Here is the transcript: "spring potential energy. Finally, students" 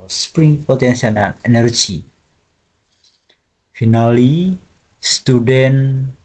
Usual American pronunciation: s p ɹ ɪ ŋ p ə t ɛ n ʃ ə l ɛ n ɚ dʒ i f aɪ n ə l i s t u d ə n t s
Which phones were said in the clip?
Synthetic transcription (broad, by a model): s p ɹ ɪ ŋ p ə t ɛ n s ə n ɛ n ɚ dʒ i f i n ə l i s t u d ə n